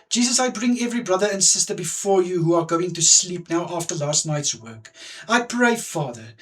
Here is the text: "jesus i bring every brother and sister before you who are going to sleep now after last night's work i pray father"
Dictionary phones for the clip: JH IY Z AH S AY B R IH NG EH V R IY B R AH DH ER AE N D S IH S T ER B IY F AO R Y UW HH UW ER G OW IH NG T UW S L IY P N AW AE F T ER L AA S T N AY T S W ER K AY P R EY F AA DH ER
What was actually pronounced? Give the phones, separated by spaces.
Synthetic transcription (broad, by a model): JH IY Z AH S AY B R IH NG EH V R IY B R AH DH ER AE N D S IH S T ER B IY F AO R Y UW HH UW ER G OW IH NG T UW S L IY P N AW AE F T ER L AA S T N AY T S W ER K AY P R EY F AA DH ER